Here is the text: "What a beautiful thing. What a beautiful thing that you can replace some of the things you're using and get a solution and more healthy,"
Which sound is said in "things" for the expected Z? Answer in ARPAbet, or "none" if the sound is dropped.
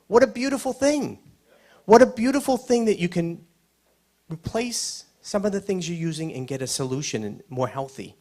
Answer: Z